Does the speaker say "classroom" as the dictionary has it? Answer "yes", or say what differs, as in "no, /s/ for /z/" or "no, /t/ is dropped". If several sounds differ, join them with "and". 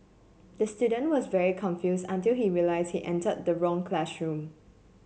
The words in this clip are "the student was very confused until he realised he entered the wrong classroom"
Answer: no, /ʃ/ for /s/